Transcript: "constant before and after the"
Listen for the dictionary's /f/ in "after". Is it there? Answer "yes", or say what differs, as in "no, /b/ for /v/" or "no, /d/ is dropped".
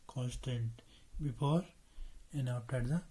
no, /p/ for /f/